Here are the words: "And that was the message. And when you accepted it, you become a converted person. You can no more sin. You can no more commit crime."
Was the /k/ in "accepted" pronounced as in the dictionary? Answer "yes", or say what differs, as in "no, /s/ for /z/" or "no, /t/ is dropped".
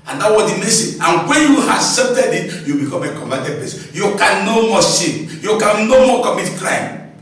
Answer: no, /k/ is dropped